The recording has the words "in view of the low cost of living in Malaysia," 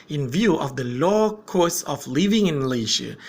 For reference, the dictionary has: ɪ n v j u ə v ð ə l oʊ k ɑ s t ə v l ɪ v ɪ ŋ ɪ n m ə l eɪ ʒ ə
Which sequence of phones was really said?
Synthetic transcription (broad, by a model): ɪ n v j u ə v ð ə l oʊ k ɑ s ə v l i v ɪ ŋ ɪ n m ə l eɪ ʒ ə